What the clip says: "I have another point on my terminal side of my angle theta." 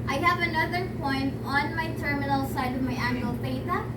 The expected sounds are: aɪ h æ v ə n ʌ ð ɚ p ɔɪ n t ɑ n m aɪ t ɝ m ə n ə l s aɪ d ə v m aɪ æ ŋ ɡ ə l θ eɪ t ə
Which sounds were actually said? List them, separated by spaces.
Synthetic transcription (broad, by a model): aɪ h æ v ə n ʌ ð ɚ p ɔɪ n t ɑ n m aɪ t ɝ m ə n ə l s aɪ d ə v m aɪ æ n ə l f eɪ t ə